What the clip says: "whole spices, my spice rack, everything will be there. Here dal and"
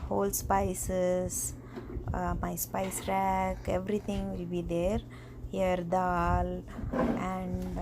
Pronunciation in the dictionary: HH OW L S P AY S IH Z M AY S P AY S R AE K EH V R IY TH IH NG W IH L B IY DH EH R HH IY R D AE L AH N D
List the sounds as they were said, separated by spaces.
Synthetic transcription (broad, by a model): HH OW L S P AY S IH S M AY S P AY S R AE K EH V R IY T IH NG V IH L B IY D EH R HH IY R D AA L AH N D